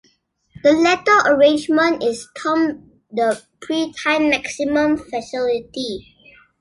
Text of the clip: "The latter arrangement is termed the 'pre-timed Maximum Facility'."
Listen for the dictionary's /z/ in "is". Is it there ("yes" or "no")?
no